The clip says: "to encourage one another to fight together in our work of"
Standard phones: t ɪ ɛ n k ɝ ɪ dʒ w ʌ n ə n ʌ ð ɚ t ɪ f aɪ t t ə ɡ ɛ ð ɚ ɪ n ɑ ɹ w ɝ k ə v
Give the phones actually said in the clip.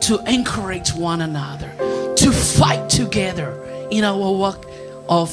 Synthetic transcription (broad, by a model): t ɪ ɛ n k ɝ ɪ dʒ w ʌ n ə n ʌ ð ɚ t ɪ f aɪ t t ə ɡ ɛ ð ɚ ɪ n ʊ w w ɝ ə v